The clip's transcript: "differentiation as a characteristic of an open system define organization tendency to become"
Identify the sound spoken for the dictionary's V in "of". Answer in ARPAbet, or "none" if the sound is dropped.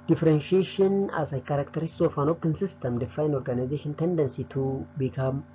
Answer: F